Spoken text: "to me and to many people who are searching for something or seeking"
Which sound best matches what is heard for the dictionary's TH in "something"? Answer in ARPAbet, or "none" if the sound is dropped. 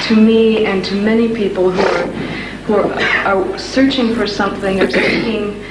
TH